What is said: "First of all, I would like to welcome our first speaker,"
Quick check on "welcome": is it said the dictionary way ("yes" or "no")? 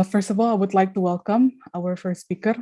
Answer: yes